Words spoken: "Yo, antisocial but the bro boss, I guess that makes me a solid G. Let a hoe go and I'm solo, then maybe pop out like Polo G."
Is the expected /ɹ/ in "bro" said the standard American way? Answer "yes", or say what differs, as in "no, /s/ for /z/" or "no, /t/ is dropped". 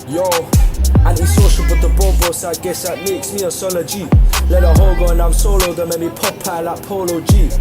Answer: no, /ɹ/ is dropped